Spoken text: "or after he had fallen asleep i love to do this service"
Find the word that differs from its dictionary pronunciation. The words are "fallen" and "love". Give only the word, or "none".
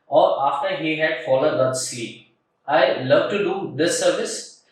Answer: fallen